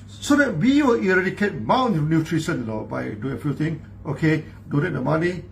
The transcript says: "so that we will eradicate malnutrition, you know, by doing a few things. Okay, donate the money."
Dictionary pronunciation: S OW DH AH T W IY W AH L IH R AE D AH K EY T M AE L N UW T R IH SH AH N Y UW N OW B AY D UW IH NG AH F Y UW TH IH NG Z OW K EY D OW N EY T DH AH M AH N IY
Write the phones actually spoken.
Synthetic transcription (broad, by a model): S OW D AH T W IY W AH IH R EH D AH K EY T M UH N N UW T R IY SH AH N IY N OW B AY D UW IH NG AH F Y UW T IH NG OW K EY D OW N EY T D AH M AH N IY